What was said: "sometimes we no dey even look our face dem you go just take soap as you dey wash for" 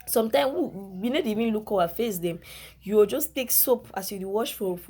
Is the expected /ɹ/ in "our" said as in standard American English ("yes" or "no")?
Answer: no